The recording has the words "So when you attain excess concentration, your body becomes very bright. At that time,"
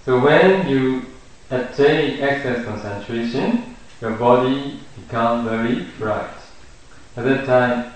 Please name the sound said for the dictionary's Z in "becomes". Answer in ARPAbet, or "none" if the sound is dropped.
none